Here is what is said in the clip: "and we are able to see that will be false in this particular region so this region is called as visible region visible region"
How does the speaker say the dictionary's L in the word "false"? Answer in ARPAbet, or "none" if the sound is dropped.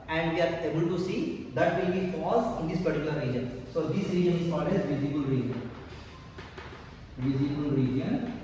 none